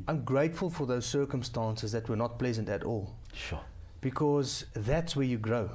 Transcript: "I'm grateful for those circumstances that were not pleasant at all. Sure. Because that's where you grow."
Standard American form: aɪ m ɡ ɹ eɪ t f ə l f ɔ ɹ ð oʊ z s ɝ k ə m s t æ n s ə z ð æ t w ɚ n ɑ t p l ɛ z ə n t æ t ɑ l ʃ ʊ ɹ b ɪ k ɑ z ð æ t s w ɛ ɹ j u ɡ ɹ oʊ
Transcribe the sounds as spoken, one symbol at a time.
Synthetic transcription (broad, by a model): aɪ m ɡ ɹ eɪ t f ə l f ɔ ɹ ð oʊ z s ɝ k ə m s t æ n s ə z ð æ t w ɚ n ɑ t p l ɛ z ə n t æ t ɑ l ʃ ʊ b ɪ k ɑ z ð æ t s w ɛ ɹ j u ɡ ɹ oʊ